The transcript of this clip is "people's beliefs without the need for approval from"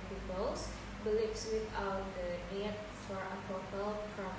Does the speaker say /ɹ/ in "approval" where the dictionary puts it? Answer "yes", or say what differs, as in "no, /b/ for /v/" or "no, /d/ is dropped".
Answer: no, /ɹ/ is dropped